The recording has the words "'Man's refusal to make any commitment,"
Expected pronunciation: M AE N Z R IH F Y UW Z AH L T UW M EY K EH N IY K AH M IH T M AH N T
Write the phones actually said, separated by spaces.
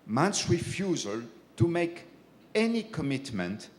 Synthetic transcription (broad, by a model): M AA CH R IH F Y UW Z AH L T UW M EY K EH N IY K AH M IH T M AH N T